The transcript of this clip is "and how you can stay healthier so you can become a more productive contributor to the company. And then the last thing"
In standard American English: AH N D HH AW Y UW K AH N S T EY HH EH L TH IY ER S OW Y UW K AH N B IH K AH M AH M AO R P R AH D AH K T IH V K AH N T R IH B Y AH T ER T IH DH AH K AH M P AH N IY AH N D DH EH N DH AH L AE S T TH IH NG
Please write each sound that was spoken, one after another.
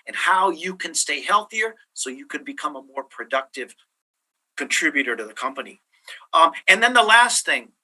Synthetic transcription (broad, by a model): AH N HH AW Y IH K AH N S T EY HH EH L TH IY ER S OW Y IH K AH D B IH K AH M AH M AO R P R AH D AH K T IH V K AH N T R IH B Y AH T ER T IH DH AH K AH M P AH N IY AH N DH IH N DH AH L AE S T TH IH NG